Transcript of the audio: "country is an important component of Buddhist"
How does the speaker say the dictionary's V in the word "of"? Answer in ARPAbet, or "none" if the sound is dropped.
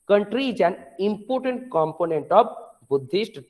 B